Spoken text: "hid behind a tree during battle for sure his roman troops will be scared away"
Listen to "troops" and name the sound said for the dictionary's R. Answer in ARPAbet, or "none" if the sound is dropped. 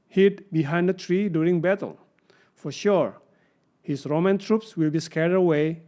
R